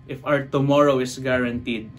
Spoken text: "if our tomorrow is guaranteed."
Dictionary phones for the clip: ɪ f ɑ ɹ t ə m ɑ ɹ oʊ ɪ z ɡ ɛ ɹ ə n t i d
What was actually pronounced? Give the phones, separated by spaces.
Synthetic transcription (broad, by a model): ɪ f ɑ w t ə m ɑ ɹ oʊ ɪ s ɡ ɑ ɹ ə n t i d